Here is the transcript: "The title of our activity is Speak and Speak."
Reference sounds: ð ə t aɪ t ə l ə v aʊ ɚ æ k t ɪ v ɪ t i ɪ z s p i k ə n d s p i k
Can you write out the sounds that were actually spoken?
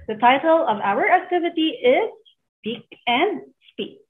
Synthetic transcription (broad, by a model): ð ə t aɪ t l ə v aʊ ɚ æ k t ɪ v ɪ t i ɪ z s p i k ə n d s p i k